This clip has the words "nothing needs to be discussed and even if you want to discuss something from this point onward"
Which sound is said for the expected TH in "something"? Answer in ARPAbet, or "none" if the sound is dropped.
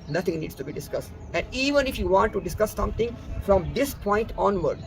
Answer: T